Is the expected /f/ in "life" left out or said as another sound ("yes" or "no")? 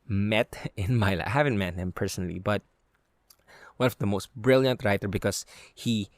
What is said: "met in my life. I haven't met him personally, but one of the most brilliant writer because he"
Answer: yes